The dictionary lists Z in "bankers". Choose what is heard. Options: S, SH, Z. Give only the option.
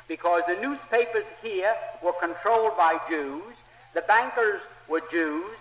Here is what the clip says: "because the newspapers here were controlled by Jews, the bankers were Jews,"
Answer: Z